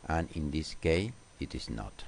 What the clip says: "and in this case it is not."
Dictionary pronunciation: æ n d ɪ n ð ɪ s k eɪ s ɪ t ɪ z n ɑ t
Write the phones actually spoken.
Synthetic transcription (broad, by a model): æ n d ɪ n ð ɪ s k eɪ ɪ t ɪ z n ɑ t